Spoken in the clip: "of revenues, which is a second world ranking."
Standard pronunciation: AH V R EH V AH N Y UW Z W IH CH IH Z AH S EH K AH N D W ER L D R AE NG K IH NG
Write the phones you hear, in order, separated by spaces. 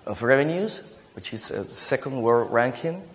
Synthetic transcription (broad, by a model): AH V R EH V AH N Y UW Z W IH CH IH Z AH S EH K AH N D W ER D R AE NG K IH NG